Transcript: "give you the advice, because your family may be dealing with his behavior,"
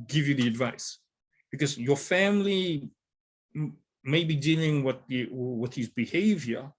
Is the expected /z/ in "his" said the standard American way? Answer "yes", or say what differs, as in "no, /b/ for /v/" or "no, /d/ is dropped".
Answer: yes